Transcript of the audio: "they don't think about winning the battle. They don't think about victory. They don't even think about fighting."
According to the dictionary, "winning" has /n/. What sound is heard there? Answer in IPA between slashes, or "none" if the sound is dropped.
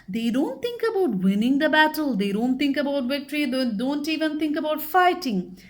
/n/